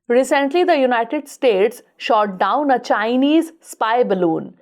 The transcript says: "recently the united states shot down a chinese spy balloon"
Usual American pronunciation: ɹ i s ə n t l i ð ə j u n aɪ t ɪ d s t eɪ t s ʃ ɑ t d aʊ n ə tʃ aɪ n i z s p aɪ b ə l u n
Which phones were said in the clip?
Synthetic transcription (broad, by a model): ɹ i s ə n t l i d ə j u n aɪ t ɪ d s t eɪ t s ʃ ɑ t d aʊ n ə tʃ aɪ n i z s p aɪ b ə l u n